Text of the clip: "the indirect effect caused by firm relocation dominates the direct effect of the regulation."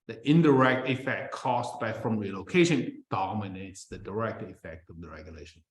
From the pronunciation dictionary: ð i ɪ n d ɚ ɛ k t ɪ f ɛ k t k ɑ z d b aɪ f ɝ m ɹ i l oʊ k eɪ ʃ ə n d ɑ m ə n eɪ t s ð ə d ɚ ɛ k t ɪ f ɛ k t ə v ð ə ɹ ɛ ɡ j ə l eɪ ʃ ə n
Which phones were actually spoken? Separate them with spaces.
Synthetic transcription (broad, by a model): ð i ɪ n d ɚ ɛ k t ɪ f ɛ k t k ɑ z b aɪ f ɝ m ɹ i l oʊ k eɪ ʃ ə n d ɑ m ə n eɪ t s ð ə d ɚ ɛ k t ɪ f ɛ k t ə v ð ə ɹ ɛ ɡ j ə l eɪ ʃ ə n